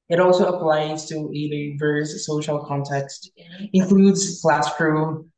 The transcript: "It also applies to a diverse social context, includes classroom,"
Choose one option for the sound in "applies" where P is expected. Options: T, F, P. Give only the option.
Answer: P